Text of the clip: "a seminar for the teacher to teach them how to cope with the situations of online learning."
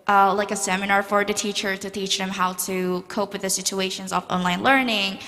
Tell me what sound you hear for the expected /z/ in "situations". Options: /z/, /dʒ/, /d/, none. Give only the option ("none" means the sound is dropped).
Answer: /z/